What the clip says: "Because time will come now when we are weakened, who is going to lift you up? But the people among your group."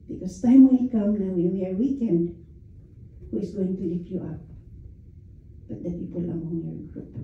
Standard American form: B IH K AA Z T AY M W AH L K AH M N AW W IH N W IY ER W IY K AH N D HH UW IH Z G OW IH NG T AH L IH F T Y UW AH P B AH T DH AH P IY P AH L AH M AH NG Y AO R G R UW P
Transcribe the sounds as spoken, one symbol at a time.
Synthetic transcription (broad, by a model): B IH K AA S T AY M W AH N K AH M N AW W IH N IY ER W IY K AH N D HH UW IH S G OW IH NG T AH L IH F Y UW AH P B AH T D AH P IY P AH L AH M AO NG Y AO R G R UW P